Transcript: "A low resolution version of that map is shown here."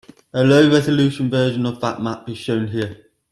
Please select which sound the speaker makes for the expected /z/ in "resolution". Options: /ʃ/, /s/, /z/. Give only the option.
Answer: /z/